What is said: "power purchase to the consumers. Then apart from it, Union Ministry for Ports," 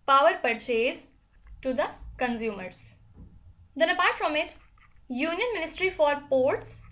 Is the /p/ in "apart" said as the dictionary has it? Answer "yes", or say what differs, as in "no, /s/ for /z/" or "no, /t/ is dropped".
yes